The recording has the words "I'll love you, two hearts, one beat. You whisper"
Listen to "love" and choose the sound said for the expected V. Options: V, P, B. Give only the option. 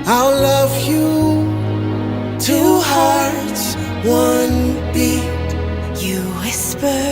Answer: V